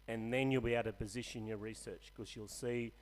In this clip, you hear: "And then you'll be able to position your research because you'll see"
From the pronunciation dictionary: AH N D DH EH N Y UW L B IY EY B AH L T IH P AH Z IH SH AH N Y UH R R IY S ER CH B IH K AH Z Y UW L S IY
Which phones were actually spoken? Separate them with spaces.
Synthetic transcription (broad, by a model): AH N DH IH N Y UW L B IY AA AH T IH P AH Z IH SH AH N Y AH R R IY S ER CH K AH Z Y UW L S IY